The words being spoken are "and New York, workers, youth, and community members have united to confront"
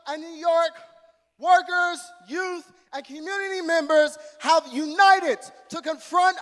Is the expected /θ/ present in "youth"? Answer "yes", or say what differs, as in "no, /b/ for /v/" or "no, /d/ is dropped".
yes